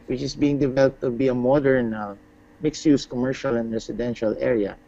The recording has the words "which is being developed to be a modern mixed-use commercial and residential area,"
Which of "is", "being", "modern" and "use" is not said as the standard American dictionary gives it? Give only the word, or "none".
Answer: is